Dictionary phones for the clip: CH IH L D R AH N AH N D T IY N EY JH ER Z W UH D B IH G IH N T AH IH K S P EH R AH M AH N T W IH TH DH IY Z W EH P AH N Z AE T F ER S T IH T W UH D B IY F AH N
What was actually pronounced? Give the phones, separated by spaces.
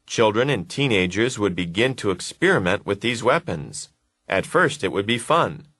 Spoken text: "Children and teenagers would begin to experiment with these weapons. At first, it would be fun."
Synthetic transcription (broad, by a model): CH IH L D R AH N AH N T IY N EY JH ER Z W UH D B IH G IH N T AH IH K S P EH R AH M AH N T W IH DH IY Z W EH P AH N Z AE T F ER S T IH T W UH D B IY F AH N